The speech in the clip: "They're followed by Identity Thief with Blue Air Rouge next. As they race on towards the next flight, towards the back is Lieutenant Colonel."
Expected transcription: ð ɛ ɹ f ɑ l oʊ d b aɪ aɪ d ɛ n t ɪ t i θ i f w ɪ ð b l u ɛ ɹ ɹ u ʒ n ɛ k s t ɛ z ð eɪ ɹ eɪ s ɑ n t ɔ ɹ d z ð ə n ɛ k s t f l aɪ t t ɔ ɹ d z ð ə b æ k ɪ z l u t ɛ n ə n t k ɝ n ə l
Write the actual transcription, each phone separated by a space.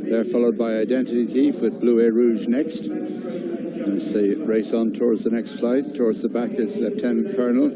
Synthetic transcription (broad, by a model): ð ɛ ɹ f ɑ l oʊ d b aɪ aɪ d ɛ n t ɪ t i θ i f w ɪ ð b l u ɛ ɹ ɹ u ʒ n ɛ k s t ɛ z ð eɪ ɹ eɪ s n t ɔ ɹ d z ð ə n ɛ k s t f l aɪ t t ɔ ɹ d z ð ə b æ k ɪ z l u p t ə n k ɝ n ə l